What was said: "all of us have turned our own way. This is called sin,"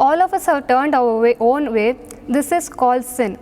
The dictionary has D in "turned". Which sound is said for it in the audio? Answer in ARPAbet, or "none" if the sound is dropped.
D